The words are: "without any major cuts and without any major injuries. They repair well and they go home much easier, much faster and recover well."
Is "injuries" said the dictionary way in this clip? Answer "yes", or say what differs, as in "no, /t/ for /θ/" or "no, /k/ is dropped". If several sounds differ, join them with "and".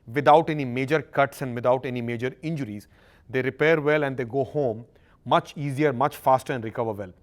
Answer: yes